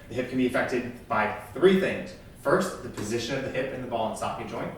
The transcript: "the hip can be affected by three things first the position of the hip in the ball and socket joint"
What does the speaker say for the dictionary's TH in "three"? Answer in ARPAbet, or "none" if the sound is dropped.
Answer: TH